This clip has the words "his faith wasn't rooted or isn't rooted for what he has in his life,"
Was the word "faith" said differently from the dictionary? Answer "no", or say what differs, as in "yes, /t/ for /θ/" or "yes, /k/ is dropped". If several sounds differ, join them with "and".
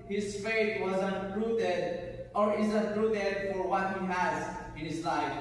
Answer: yes, /t/ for /θ/